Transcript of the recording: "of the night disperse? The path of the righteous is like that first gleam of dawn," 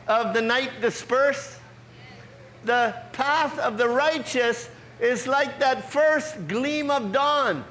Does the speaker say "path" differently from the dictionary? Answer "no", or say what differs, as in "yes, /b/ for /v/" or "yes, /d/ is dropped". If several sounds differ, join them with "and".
no